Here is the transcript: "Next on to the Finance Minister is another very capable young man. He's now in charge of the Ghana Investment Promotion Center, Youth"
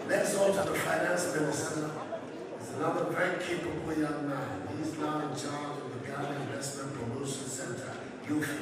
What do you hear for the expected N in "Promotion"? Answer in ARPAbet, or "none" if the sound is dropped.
N